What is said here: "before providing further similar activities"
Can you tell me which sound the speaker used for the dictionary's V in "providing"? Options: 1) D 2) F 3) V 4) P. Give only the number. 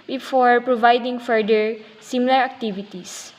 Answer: 3